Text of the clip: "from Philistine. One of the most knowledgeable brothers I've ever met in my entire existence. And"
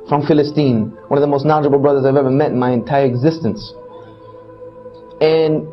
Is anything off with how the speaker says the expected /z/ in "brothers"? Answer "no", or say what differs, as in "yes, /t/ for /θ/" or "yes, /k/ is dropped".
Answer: no